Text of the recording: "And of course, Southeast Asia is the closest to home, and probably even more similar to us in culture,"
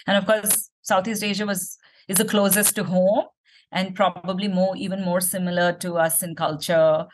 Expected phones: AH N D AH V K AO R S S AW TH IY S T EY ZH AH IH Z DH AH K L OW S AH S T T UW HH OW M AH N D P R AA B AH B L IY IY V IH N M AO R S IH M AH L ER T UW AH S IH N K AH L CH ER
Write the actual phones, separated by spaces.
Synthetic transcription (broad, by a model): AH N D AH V K AO R S S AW T IY S T EY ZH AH IH Z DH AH K L OW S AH S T T UW HH OW M AH N D P R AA B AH B L IY IY V IH N M AO R S IH M AH L ER T UW AH S IH N K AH L CH ER